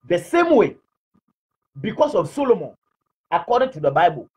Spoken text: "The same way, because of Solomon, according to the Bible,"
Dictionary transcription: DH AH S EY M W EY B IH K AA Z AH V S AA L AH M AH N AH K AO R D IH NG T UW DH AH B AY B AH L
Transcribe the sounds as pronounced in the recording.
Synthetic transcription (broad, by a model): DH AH S EY M W EY B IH K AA S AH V S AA L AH M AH N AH K AO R D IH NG T UW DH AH B AY B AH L